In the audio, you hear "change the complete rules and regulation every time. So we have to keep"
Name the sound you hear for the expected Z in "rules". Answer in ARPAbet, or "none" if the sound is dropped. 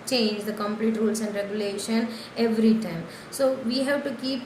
S